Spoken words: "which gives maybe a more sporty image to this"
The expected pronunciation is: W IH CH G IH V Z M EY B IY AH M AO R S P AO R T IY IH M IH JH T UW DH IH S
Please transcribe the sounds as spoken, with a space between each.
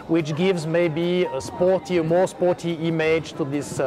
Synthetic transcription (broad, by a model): W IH CH G IH V Z M EY B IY AH M AO R S P AO R T IY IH M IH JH T UW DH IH S